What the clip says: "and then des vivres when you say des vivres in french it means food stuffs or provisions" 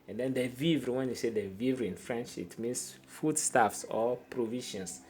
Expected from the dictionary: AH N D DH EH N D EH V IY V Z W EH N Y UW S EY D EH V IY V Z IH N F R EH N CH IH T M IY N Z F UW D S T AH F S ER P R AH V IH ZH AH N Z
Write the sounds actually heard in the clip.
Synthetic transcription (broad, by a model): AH N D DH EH N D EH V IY V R W EH N Y UW S EY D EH V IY V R IH N F R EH N SH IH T M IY N S F UW D S T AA F S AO P R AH V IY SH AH N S